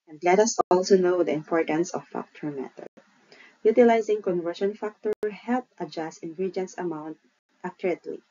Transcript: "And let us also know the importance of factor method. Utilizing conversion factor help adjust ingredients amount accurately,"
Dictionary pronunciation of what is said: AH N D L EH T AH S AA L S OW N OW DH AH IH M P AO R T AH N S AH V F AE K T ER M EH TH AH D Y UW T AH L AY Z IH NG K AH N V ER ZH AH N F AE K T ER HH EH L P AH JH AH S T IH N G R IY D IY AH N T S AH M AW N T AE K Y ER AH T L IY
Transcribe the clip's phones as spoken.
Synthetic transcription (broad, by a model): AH N D L EH T AH S AA L S OW N OW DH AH IH M P AO R T AH N S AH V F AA K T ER M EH T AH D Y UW T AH L AY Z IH NG K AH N V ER SH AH N F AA K T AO HH EH L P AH JH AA S T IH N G R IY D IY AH N S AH M AW N T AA K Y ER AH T L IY